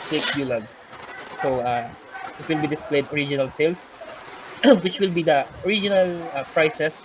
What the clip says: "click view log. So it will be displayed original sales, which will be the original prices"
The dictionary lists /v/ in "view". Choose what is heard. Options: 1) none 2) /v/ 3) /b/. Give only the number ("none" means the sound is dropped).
3